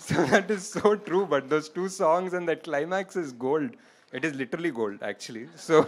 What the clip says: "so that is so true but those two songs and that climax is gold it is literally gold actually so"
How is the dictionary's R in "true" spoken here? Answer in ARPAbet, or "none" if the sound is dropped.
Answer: R